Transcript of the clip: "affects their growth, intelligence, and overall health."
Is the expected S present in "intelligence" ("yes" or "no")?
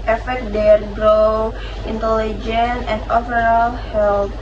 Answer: no